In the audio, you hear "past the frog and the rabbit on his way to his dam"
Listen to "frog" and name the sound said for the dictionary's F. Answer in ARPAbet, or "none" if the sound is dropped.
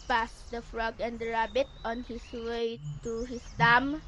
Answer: F